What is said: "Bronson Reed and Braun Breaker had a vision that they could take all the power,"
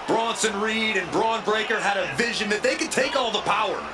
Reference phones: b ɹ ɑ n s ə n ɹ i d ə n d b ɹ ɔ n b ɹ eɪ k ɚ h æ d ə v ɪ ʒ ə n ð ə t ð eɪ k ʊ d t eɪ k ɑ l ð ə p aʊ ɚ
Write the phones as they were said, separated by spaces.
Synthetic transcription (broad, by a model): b ɹ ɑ n s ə n ɹ i d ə n b ɹ ɔ n b ɹ eɪ k ɚ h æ d ə v ɪ ʒ ə n ð ə t ð eɪ k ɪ d t eɪ k ɑ l ð ə p aʊ ɚ